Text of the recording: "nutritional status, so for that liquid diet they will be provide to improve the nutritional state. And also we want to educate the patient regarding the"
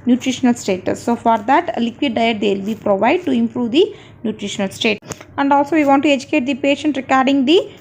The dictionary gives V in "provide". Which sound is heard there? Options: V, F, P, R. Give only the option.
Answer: V